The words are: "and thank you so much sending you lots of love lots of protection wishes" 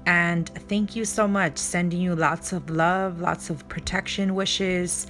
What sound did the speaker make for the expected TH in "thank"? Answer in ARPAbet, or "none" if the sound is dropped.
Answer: TH